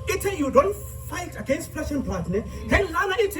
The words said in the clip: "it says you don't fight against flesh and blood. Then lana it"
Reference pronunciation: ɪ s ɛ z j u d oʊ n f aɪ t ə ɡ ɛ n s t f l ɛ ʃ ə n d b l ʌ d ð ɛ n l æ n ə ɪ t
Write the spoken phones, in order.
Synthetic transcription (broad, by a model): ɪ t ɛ j u d oʊ n f aɪ t ə ɡ ɛ n s t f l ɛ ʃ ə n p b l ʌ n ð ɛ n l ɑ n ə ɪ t